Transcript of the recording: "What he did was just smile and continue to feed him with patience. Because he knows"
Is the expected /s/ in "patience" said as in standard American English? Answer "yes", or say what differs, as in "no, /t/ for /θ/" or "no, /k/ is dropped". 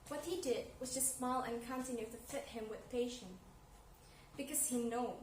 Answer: no, /s/ is dropped